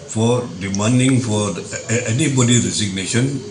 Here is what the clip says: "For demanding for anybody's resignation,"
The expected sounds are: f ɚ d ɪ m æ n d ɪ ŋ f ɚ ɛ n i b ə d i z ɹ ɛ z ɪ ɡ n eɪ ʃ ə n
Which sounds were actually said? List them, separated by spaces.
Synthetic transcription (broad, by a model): f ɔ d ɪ m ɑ n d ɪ ŋ f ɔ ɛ n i b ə d i ɹ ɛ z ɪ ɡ n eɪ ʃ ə n